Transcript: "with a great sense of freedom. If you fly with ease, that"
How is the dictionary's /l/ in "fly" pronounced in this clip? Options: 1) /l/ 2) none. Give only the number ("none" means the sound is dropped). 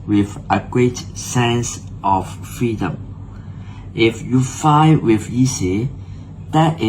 2